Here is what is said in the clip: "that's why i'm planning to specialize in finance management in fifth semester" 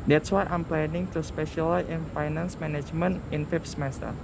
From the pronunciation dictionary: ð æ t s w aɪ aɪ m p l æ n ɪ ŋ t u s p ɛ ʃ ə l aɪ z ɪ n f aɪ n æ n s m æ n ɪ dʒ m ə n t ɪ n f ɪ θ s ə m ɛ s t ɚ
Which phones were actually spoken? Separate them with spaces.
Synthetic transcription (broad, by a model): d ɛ t s w aɪ aɪ m p l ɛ n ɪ ŋ t u s p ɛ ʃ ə l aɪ ɪ n f aɪ n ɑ n s m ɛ n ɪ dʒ m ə n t ɪ n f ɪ f s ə m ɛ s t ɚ